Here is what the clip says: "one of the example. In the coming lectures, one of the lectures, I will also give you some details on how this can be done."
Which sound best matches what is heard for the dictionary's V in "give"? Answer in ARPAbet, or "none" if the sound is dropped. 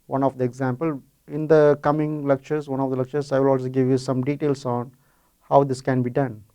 V